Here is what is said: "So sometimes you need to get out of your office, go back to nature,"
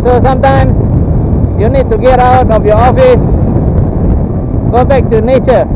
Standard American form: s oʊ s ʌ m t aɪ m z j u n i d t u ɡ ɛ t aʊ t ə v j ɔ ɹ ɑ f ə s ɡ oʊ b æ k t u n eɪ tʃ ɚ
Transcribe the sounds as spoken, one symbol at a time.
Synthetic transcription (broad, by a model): s oʊ s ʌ m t aɪ m s j u n i d t u ɡ ɛ t aʊ t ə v j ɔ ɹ ɑ f ə s ɡ oʊ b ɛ k t u n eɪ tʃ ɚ